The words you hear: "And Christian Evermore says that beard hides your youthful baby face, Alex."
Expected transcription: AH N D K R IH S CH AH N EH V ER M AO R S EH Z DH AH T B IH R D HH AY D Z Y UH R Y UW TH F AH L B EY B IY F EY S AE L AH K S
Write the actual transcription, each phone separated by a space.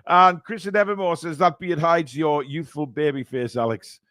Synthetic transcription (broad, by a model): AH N K R IH S CH AH N EH V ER M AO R S EH Z DH AH T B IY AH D HH AY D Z Y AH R Y UW TH F AH L B EY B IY F EY S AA L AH K S